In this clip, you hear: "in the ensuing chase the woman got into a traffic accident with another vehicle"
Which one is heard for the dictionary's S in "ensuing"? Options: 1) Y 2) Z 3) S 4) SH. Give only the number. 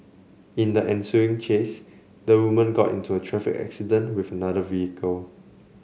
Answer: 3